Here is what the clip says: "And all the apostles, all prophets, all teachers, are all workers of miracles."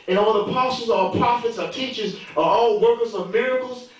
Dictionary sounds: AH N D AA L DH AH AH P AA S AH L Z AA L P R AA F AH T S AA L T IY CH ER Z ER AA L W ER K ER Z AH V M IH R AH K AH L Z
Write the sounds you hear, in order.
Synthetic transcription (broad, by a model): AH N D AA L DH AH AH P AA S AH Z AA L P R AA F AH T S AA T IY CH ER Z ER AA L W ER K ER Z AH V M IH R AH K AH L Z